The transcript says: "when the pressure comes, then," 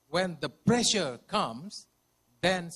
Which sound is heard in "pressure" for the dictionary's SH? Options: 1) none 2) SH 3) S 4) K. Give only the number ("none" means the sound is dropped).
2